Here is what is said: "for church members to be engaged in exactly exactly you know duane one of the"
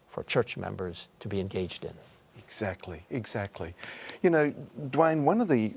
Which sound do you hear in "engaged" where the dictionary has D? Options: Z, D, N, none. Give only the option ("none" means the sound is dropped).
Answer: D